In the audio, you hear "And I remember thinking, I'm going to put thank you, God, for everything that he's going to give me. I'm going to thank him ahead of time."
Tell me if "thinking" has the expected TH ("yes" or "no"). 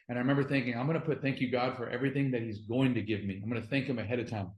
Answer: yes